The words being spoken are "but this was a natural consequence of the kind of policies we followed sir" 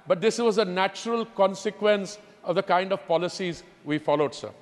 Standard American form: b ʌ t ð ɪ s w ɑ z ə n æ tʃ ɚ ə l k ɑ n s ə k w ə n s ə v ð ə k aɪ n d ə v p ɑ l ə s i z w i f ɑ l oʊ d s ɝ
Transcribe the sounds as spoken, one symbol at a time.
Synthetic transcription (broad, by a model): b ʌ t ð ɪ s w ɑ z ə n æ tʃ ɚ ə l k ɑ n s ə k w ə n s ə v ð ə k aɪ n d ə v p ɑ l ə s i z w i f ɑ l oʊ d s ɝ